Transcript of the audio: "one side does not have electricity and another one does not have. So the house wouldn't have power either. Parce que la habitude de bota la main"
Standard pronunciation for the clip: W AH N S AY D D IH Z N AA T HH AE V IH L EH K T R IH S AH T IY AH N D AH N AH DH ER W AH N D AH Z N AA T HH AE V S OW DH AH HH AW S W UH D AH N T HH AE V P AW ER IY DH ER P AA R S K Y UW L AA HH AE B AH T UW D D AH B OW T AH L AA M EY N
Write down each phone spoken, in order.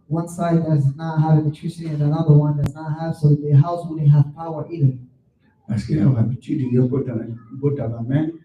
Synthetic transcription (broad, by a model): W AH N S AY D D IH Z N AA T HH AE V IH N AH T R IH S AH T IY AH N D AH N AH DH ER W AH N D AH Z N AA T HH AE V S OW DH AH HH AW S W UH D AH HH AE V P AW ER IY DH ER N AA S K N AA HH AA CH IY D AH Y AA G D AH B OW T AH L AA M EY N